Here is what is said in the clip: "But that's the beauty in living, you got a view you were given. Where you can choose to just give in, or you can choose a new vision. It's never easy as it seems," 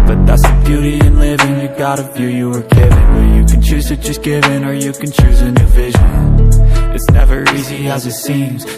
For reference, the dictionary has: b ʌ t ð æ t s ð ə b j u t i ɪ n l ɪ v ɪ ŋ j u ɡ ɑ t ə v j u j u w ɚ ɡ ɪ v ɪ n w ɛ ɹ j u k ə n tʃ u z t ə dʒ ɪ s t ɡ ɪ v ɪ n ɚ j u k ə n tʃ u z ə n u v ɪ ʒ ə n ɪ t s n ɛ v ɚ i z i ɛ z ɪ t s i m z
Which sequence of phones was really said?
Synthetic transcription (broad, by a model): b ʌ t ð æ t s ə b j u t i ɪ n l ɪ v ɪ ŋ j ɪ ɡ ɑ t ə f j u j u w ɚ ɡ ɪ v ɪ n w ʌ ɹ j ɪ k n tʃ u z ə tʃ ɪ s ɡ ɪ v ɪ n ɚ j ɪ k ə n tʃ u z ə n u v ɪ ʒ ə n ɪ t s n ɛ v ɚ i z i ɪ z ɪ t s i m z